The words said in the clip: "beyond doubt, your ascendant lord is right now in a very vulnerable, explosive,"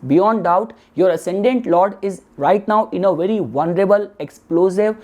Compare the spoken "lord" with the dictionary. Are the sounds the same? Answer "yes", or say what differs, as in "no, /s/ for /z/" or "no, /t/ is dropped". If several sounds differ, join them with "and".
yes